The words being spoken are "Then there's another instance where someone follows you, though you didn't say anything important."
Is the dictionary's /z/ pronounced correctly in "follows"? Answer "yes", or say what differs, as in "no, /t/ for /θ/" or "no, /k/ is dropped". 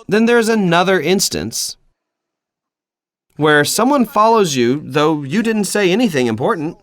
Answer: yes